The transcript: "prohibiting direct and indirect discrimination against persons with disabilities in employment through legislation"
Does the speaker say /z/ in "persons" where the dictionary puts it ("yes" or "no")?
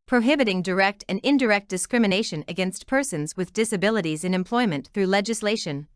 yes